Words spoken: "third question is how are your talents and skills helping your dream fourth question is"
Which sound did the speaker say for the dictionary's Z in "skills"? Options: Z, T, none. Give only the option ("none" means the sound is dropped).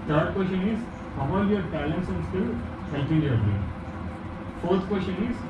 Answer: none